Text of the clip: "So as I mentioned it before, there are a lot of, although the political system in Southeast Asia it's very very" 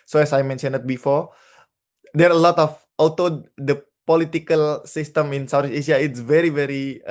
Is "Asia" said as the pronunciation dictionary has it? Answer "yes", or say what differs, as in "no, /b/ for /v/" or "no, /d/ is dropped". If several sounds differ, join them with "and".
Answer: no, /ʃ/ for /ʒ/